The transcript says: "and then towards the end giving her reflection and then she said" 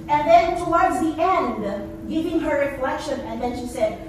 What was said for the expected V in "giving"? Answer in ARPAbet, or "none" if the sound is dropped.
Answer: V